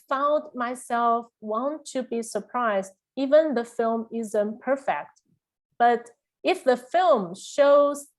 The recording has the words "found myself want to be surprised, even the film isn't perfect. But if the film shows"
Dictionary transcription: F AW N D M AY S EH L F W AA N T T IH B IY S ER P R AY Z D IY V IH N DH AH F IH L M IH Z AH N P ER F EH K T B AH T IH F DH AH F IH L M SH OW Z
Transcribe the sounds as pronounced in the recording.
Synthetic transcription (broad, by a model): F AW N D M AY S EH L F W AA N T T IH B IY S ER P R AY Z D IY V IH N DH AH F IH L M IH Z AH N P ER F EH K T B AH T IH F DH AH F IH L M SH OW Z